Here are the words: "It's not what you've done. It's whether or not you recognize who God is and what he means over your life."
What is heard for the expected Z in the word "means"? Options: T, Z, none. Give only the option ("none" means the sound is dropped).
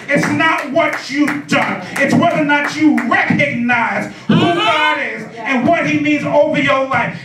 Z